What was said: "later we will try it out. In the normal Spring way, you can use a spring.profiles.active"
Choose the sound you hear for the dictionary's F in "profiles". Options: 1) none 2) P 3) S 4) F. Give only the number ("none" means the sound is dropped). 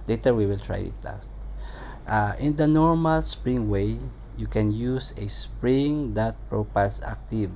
2